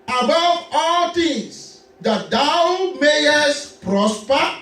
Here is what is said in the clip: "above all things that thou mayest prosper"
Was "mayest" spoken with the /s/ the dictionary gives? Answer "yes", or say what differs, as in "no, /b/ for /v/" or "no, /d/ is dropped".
yes